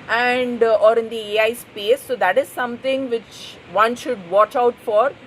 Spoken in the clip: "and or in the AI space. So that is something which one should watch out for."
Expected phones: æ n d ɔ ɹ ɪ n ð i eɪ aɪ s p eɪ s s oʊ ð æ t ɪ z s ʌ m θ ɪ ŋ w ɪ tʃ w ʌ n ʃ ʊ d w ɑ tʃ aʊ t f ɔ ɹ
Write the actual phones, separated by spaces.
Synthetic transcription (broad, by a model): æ n d ɔ ɹ ɪ n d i eɪ aɪ s p eɪ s s oʊ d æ t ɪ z s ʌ m t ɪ ŋ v ɪ tʃ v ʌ n ʃ ʊ d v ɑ tʃ aʊ t f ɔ ɹ